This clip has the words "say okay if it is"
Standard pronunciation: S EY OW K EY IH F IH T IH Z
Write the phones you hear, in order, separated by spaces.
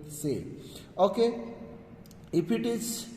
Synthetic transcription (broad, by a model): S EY OW K EY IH P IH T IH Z